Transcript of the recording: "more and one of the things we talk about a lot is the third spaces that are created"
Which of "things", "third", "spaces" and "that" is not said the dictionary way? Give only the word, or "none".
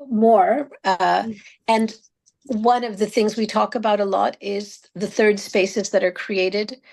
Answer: none